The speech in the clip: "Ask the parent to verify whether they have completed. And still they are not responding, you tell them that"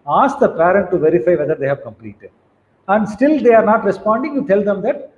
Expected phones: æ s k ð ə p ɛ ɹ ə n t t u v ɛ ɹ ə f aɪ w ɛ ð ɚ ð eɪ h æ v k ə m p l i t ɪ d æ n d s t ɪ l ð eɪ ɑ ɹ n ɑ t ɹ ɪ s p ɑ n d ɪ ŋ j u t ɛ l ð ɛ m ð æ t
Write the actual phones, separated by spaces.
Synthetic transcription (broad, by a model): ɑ s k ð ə p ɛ ɹ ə n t t u v ɛ ɹ ə f aɪ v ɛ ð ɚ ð eɪ h æ v k ə m p l i t ɪ d æ n d s t ɪ l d eɪ ɑ ɹ n ɑ t ɹ ɪ s p ɑ n d ɪ ŋ j u t ɛ l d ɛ m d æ t